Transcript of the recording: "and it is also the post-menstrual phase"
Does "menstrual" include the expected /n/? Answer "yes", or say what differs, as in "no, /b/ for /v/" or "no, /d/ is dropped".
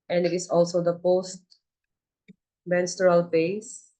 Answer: yes